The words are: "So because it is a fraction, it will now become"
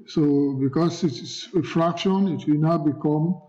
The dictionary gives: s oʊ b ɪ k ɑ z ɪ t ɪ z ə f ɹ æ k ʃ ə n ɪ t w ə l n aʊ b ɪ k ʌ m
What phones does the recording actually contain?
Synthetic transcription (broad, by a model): s oʊ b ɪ k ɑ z ɪ t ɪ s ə f ɹ æ k ʃ ə n ɪ t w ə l n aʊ b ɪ k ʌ m